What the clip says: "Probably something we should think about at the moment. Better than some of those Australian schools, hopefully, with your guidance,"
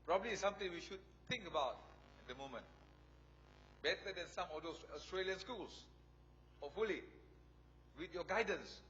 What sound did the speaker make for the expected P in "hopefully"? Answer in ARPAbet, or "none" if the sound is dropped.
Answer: none